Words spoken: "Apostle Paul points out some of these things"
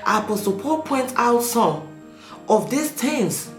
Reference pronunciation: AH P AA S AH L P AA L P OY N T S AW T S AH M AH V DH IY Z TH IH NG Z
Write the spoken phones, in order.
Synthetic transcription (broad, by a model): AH P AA S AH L P AA L P OY N T AW T S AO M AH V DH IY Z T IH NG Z